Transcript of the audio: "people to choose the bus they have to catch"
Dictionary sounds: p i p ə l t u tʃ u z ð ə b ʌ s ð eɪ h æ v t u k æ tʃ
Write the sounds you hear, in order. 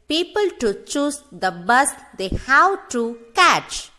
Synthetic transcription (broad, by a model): p i p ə l t u tʃ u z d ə b ʌ s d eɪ h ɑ w t u k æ tʃ